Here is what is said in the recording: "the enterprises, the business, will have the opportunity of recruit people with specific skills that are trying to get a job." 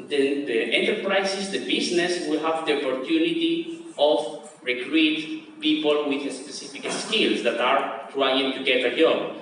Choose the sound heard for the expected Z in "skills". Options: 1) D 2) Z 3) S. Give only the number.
3